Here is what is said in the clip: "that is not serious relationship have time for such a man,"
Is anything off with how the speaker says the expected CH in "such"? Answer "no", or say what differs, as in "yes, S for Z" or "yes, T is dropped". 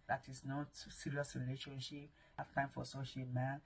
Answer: yes, SH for CH